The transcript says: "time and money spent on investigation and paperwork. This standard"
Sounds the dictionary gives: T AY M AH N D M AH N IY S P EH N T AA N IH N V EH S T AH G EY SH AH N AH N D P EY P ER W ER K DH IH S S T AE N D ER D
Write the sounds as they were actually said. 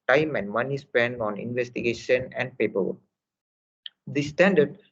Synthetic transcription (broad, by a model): T AY M AH N D M AH N IY S P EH N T AA N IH N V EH S T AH G EY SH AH N AH N D P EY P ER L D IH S S T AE N D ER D